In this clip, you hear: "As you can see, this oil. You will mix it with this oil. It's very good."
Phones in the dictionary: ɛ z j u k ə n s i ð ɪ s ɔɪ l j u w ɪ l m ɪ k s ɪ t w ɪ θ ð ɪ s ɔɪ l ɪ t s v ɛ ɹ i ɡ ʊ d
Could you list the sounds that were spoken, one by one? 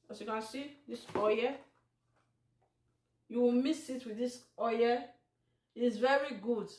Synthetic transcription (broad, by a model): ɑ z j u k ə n s i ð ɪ s ɔɪ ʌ j u w ɪ l m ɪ s ɪ t w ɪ ð ɪ s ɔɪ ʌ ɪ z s v ɛ ɹ i ɡ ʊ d